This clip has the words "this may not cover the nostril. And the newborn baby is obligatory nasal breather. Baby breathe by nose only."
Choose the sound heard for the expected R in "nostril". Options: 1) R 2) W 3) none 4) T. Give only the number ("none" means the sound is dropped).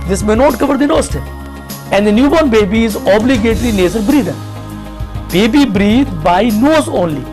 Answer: 3